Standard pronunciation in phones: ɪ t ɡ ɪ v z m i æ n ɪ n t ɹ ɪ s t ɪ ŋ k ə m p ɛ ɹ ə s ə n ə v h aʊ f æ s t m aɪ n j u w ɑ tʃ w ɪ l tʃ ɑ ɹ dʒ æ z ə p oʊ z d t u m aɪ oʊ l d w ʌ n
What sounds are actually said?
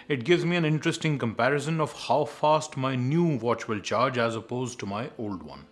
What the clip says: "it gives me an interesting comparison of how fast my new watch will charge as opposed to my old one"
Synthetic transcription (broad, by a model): ɪ t ɡ ɪ v z m i æ n ɪ n t ɹ ɪ s t ɪ ŋ k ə m p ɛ ɹ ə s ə n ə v h aʊ f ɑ s t m aɪ n j u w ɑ tʃ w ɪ l tʃ ɑ ɹ dʒ æ z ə p oʊ z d t u m aɪ oʊ l d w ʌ n